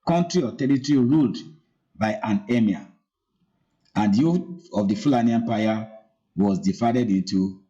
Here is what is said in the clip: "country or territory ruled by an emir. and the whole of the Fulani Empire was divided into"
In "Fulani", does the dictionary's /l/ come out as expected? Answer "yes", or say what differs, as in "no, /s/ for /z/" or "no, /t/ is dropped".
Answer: yes